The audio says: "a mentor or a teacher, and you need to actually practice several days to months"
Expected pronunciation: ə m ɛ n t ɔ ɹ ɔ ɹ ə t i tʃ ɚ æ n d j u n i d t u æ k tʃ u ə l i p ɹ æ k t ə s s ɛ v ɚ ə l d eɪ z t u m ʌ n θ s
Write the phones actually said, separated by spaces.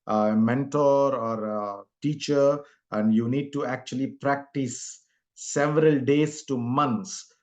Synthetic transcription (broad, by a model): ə m ɛ n t ɔ ɹ ɔ ɹ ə t i tʃ ɚ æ n d j u n i d t u æ k tʃ u ə l i p ɹ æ k t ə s s ɛ v ɚ ə l d eɪ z t u m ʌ n s